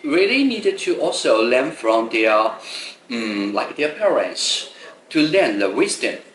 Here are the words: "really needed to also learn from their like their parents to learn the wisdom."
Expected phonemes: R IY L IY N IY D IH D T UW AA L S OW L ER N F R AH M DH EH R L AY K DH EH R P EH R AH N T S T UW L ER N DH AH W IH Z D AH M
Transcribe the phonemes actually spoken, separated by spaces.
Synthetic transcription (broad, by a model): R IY L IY N IY D IH D T UW AA L S OW L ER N F R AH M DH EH L AY K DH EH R P EH R AH N T S T UW L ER N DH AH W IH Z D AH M